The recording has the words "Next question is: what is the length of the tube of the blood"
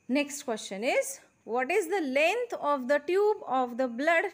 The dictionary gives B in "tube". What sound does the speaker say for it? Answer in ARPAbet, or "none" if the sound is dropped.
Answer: B